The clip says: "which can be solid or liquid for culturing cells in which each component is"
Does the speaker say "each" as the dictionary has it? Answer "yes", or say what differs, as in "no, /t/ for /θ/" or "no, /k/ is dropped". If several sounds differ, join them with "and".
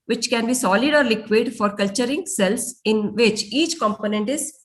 yes